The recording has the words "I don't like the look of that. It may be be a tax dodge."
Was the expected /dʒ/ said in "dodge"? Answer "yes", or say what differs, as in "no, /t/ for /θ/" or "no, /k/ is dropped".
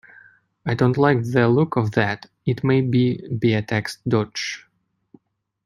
no, /tʃ/ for /dʒ/